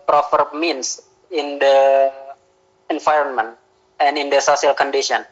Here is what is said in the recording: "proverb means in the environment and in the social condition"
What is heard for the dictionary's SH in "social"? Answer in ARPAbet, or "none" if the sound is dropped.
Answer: S